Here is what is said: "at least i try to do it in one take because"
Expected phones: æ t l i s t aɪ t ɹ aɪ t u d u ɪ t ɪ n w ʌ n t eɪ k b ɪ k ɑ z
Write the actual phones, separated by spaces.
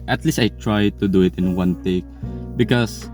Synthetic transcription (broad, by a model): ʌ t l i s t aɪ t ɹ aɪ t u d u ɪ t ɪ n w ʌ n t eɪ k b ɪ k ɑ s